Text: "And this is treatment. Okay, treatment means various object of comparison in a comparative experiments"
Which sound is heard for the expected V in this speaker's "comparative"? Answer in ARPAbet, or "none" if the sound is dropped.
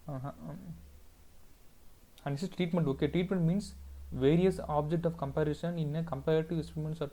none